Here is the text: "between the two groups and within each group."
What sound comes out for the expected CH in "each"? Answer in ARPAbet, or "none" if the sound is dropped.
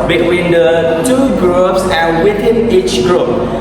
CH